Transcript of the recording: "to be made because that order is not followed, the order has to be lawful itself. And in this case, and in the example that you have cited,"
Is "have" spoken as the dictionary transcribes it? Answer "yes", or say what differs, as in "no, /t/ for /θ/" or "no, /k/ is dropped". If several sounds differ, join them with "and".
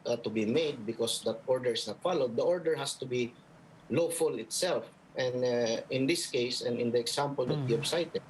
no, /b/ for /v/